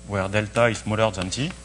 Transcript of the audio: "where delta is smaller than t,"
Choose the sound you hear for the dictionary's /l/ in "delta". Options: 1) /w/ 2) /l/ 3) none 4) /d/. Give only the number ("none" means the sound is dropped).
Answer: 2